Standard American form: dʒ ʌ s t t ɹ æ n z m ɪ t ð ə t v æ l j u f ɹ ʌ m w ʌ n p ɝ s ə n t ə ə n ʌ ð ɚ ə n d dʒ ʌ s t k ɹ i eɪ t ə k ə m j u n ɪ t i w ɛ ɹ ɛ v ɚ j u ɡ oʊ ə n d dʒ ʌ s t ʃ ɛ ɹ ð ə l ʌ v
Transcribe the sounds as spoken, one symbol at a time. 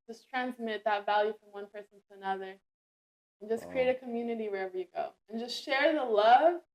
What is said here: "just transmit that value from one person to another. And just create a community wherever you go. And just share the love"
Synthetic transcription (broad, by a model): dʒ ʌ s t t ɹ æ n z m ɪ t ð ə t v æ l j u f ɹ ʌ m w ʌ n p ɝ s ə n t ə ə n ʌ ð ɚ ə n dʒ ʌ s k ɹ i eɪ t ə k ə m j u n ɪ t i w ɛ ɹ ɛ v ɚ j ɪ ɡ oʊ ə n dʒ ʌ s t ʃ ɛ ɹ ð ə l ʌ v